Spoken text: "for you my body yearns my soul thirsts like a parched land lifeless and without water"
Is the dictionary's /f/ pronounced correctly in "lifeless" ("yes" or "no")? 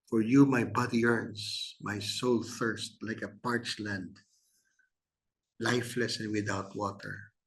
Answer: yes